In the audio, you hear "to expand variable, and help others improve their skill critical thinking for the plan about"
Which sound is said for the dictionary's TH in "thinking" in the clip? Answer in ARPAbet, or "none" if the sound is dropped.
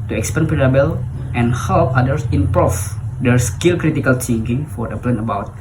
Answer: T